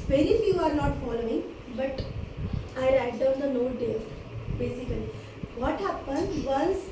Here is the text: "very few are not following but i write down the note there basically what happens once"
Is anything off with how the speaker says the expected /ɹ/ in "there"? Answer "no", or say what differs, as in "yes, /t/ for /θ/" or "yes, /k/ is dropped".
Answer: yes, /l/ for /ɹ/